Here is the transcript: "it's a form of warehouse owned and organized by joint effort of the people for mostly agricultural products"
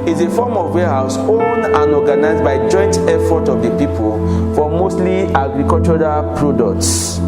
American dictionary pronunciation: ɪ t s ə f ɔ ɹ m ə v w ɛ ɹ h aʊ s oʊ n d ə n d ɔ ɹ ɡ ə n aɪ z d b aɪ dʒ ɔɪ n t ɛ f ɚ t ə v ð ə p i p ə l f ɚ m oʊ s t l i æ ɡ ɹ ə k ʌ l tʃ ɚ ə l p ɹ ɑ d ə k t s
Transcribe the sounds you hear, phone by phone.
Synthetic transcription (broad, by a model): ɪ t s ə f ɔ m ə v w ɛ h aʊ s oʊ n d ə n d ɔ ɡ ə n aɪ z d b aɪ dʒ ɔɪ n t ɛ f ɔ t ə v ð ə p i p ə l f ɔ m oʊ s t l i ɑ ɡ ɹ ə k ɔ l tʃ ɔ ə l p ɹ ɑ d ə k t s